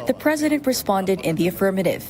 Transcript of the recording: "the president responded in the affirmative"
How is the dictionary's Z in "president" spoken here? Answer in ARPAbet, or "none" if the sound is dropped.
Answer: Z